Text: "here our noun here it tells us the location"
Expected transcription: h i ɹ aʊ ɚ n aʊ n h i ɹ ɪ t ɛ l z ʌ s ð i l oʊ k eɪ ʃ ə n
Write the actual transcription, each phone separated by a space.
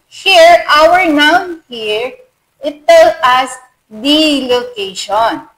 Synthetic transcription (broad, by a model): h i ɹ aʊ ɚ n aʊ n h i ɹ ɪ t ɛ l ʌ s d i l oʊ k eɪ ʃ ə n